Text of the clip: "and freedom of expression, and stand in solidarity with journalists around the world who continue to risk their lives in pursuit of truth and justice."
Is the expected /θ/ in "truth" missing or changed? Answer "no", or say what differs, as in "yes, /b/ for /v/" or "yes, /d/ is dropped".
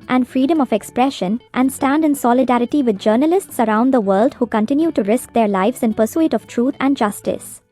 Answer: yes, /t/ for /θ/